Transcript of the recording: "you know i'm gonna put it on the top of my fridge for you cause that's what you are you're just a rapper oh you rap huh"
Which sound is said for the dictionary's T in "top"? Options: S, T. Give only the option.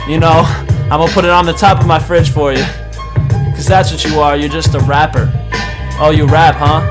T